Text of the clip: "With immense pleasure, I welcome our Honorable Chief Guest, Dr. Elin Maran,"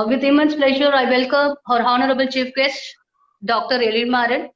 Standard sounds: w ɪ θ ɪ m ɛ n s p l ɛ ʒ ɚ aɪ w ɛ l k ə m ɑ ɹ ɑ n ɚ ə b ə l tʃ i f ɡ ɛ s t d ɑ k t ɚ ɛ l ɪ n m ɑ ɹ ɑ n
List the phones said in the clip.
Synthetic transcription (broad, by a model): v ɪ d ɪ m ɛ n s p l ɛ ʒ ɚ aɪ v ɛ l k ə m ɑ ɹ ɑ n ɚ ə b ə l tʃ i f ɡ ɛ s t d ɑ k t ɚ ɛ l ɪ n m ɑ ɹ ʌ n